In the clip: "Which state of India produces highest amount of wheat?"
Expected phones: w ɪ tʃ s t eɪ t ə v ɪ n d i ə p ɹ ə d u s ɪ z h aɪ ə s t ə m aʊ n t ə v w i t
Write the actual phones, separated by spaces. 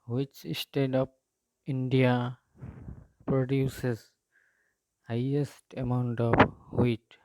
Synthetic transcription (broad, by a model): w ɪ tʃ s t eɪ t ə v ɪ n d i ə p ɹ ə d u s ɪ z h aɪ ə s t ə m aʊ n t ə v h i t